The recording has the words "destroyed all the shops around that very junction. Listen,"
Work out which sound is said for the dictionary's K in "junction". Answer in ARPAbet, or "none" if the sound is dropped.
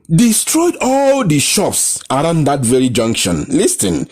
K